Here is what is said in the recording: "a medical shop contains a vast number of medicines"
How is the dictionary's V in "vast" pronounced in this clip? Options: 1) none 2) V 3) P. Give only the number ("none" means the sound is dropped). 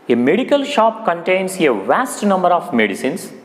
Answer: 2